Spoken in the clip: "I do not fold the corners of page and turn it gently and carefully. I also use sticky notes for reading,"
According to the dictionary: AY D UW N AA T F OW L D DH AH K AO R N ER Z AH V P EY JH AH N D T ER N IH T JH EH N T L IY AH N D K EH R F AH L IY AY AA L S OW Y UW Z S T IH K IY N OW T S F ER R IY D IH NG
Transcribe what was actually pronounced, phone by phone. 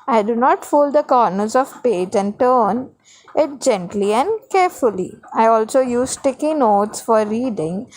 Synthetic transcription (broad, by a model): AY D UW N AA T F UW L D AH K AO R N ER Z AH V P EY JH AH N D T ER N IH T JH EH N T L IY AH N D K EH R F AH L IY AY AA L S OW Y UW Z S T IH K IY N OW T S F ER R IY D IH NG